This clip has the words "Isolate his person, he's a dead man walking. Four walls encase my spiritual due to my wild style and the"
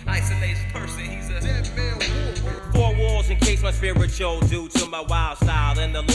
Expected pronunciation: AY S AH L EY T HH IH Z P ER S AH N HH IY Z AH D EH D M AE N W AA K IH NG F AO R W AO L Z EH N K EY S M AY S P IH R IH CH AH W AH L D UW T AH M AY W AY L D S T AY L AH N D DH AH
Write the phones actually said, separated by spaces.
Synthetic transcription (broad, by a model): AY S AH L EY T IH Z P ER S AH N HH IY Z AH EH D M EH L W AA IH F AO R W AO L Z EH N K EY S M AY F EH IH R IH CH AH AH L D UW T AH M AY W AY L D S T AY L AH N DH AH